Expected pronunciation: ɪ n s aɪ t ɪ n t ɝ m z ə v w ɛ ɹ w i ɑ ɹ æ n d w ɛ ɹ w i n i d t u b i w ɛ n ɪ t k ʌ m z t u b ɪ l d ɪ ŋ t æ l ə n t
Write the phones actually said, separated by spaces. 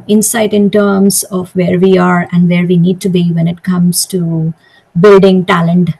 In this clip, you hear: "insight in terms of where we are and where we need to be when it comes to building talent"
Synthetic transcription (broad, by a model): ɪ n s aɪ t ɪ n t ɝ m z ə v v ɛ ɹ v i ɑ ɹ æ n d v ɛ ɹ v i n i d t u b i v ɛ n ɪ t k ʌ m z t u b ɪ l d ɪ ŋ t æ l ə n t